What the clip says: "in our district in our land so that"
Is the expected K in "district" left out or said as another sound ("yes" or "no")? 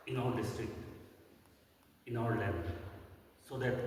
no